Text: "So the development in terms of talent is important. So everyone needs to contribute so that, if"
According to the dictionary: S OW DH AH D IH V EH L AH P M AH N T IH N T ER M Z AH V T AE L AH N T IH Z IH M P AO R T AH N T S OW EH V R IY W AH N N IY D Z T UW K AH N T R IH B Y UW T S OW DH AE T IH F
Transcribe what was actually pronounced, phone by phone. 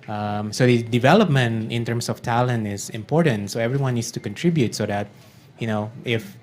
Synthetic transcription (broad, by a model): S OW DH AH D IH V EH L AH P M AH N T IH N T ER M S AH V T AE L AH N T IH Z IH M P AO R T AH N T S OW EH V R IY W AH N N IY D S T UW K AH N T R IH B Y UW T S OW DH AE T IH F